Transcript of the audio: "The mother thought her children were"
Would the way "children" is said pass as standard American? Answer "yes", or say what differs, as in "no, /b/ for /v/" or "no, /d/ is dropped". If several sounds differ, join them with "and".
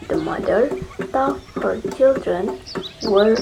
yes